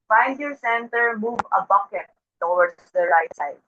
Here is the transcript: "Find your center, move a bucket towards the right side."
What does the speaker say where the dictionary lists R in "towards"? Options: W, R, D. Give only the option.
W